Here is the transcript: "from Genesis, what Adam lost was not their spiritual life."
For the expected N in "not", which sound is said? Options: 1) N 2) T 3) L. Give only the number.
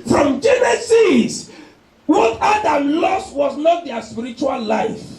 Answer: 1